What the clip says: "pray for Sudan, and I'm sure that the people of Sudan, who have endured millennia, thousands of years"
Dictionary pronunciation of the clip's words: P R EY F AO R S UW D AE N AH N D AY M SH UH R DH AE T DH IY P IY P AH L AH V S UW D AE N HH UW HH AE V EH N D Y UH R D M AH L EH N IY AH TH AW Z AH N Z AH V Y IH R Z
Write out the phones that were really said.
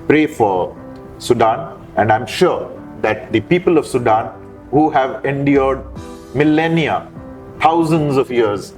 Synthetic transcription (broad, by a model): P R EY F AO R S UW D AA N AH N D AY M SH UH R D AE T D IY P IY P AH L AH V S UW D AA N HH UW HH AE V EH N D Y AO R D M AH L EH N IY AH T AW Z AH N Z AH V Y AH R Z